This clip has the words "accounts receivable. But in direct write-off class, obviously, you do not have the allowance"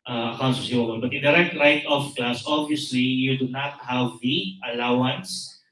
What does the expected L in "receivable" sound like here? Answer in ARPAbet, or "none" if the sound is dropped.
N